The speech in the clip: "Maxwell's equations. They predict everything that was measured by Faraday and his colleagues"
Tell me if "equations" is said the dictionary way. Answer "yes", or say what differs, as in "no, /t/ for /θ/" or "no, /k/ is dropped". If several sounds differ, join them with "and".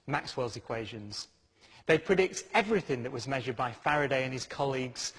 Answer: yes